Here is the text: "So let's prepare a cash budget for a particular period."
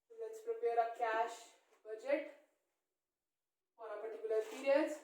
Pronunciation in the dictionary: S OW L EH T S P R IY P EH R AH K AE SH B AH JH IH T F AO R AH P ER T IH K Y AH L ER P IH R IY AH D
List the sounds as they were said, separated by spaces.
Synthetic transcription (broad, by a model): L EH T S P R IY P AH R AH K AE SH B AH JH IH T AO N AH P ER T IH K Y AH L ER P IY R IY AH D